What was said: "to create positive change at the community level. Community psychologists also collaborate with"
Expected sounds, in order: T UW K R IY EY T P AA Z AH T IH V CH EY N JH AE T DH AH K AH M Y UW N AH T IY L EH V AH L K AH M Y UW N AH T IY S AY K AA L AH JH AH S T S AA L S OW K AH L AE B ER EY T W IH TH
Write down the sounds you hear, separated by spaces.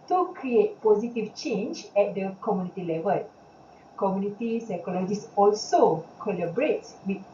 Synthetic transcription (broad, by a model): T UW K R IY EY T P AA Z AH T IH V CH EY N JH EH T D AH K AH M Y UW N AH T IY L EH V AH L K AH M Y UW N AH T IY S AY K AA L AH JH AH S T AA L S OW K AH L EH B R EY T W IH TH